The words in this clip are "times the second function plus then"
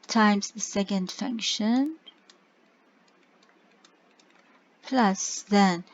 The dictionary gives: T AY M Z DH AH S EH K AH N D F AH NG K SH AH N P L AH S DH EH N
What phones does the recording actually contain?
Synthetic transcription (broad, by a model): T AY M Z DH AH S EH K AH N D F AH NG K SH AH N P L AH S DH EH N